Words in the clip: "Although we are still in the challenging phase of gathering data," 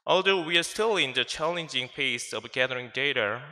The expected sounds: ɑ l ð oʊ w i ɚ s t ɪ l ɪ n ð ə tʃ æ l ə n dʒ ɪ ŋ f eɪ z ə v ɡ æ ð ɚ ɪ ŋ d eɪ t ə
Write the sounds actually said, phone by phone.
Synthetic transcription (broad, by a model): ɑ l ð oʊ w i ɚ s t ɪ l ɪ n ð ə tʃ æ l ə n dʒ ɪ ŋ p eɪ s ə v ɡ æ ð ɚ ɪ ŋ d eɪ t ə